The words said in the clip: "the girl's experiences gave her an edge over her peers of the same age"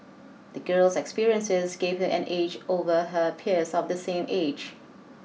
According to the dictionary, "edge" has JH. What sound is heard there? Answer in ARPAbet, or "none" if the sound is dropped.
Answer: JH